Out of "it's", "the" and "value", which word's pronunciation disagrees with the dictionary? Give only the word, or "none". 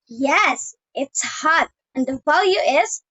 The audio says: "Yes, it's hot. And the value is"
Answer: none